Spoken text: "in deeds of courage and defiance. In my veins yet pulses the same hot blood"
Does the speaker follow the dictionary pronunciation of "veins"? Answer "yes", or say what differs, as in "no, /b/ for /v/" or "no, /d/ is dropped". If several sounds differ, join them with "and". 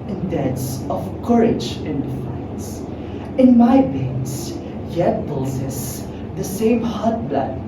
no, /b/ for /v/